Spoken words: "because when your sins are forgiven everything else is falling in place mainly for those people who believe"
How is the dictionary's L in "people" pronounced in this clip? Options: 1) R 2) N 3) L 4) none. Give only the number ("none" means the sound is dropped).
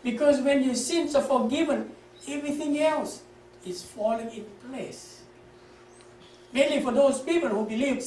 3